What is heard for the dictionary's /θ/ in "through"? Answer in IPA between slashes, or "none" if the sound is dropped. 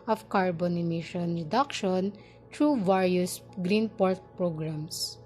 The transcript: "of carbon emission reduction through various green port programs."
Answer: /t/